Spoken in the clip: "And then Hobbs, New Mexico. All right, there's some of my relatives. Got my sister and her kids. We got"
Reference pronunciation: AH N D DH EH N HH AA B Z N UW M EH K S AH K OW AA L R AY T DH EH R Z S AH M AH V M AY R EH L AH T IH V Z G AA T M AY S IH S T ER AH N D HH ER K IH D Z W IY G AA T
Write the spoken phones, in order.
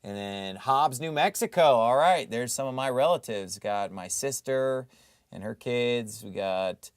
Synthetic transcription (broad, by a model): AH N DH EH N HH AA B Z N UW M EH K S AH K OW AA L R AY T DH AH R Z S AH M AH V M AY R EH L AH T IH V Z G AA T M AY S IH S T ER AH N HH ER K IH D Z W IY G AA T